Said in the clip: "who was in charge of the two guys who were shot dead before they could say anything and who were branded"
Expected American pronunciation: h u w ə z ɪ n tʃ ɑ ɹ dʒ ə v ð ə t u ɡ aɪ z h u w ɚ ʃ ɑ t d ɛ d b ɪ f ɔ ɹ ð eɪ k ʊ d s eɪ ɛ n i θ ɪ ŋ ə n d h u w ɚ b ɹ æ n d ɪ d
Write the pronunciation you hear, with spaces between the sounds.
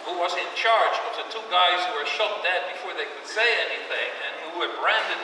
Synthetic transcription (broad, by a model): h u w ə z ɪ n tʃ ɑ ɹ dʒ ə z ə t u ɡ aɪ z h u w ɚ ʃ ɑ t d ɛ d b ɪ f ɔ ɹ ð eɪ k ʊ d s eɪ ɛ n i θ ɪ ŋ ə n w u w ɚ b ɹ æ n d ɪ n